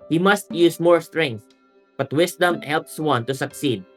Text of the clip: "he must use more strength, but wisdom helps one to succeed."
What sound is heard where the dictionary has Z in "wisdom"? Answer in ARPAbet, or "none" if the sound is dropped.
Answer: S